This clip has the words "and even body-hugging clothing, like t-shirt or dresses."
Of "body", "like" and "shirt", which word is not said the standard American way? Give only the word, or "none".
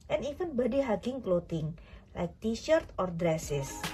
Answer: none